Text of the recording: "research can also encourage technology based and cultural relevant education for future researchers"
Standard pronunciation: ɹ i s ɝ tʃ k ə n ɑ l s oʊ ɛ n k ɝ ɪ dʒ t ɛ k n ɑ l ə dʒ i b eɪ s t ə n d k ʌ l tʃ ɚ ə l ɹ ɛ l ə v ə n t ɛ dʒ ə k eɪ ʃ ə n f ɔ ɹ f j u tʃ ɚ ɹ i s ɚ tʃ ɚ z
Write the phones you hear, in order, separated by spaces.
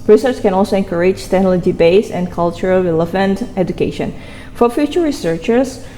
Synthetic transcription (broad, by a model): ɹ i s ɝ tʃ k ə n ɑ l s oʊ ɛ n k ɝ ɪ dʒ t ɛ n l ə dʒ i b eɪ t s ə n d k ʌ l tʃ ɚ ə l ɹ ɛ l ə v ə n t ɛ dʒ ə k eɪ ʃ ə n f ɔ ɹ f j u tʃ ɚ ɹ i s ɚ tʃ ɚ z